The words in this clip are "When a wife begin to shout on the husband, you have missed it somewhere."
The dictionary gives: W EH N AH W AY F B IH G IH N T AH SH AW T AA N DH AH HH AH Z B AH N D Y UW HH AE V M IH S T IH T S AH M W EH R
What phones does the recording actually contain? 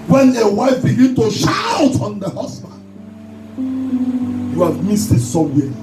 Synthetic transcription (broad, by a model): W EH N AH W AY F B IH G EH N T AH SH AW T AA N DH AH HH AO S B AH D Y UW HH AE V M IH S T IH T S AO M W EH